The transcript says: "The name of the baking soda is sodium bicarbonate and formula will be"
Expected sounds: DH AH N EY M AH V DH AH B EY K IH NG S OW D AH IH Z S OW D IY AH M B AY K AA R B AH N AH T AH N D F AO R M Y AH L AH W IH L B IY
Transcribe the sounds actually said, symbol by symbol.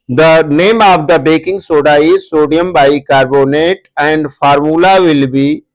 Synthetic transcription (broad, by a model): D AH N EY M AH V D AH B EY K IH NG S OW D AH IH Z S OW D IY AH M B AY K AA R B AH N AH T AH N D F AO R M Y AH L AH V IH L B IY